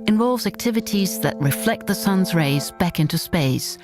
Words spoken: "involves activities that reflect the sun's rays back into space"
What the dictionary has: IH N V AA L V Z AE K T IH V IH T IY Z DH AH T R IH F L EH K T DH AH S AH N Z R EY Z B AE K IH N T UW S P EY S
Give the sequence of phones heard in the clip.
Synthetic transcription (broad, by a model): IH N V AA L V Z AE K T IH V IH T IY Z DH AH T R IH F L EH K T DH AH S AH N Z R EY Z B AE K IH N T UW S P EY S